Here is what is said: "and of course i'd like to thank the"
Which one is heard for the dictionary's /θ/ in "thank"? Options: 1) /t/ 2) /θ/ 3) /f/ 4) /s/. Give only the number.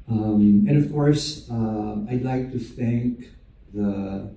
2